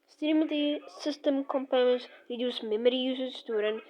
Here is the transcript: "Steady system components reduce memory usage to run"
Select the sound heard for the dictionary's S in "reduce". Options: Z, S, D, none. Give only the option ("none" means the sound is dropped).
S